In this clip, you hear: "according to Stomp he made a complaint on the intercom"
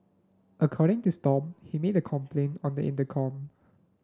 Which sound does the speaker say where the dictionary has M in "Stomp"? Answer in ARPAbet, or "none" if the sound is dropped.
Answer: none